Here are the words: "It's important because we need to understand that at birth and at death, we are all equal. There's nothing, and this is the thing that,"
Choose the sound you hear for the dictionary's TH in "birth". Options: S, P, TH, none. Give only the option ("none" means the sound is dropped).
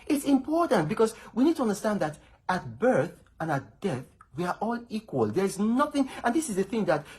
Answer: TH